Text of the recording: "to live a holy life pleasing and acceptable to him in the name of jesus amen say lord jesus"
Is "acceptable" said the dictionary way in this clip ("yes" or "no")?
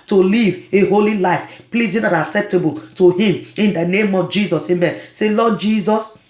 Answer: yes